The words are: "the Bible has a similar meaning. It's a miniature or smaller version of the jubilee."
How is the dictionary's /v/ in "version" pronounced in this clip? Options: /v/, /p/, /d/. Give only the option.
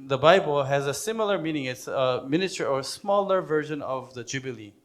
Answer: /v/